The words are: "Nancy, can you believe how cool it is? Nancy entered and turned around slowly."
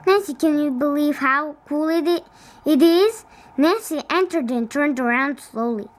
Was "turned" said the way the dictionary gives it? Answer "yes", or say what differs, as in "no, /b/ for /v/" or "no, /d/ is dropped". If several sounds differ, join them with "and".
yes